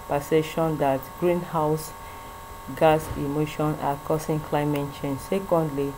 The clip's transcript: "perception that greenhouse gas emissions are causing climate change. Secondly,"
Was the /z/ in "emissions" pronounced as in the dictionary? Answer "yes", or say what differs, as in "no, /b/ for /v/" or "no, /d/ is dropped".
no, /z/ is dropped